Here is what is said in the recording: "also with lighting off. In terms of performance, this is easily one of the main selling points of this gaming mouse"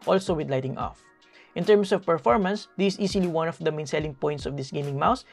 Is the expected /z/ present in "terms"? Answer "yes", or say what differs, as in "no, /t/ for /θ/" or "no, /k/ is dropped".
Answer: no, /s/ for /z/